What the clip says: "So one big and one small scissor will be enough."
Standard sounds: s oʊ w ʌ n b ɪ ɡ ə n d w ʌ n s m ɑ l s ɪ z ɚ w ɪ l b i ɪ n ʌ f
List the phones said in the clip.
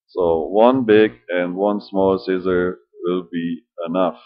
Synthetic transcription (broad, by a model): s oʊ w ʌ n b ɪ ɡ ə n d w ʌ n s m ɑ l s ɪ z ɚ w ɪ l b i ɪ n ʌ f